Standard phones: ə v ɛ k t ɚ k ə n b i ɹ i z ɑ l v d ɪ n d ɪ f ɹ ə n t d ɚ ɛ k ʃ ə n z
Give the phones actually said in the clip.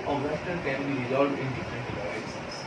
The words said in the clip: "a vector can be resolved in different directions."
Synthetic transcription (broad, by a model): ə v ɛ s t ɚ k ə n b i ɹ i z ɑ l d ɪ n d ɪ f ɹ ə n t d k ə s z